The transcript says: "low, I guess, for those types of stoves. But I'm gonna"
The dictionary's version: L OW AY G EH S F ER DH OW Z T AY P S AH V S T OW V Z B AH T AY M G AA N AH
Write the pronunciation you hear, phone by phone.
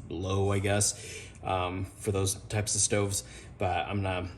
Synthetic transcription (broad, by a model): L OW AY G EH S F ER DH OW Z T AY P S AH V S T OW V Z B AH T AY M N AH